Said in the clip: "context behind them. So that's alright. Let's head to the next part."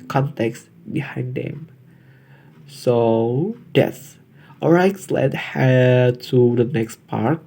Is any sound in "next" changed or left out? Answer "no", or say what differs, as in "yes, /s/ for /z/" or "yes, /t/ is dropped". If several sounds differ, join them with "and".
no